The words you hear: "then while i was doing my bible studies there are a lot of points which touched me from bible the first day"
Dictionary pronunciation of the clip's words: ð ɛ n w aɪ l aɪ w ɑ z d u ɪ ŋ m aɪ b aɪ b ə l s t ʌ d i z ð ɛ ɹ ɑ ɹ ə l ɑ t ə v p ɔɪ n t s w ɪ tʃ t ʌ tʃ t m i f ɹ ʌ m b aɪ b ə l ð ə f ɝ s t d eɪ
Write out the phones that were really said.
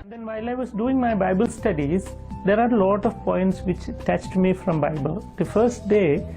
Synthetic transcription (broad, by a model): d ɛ n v aɪ l aɪ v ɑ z d u ɪ ŋ m aɪ b aɪ b ə l s t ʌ d i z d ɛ ɹ ɑ ɹ l ɑ t ə v p ɔɪ n t s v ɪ tʃ t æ tʃ t m i f ɹ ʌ m b aɪ b ə l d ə f ɝ s t d eɪ